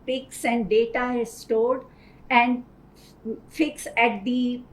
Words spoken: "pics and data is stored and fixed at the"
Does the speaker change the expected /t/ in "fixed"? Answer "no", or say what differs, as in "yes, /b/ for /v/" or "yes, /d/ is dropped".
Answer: yes, /t/ is dropped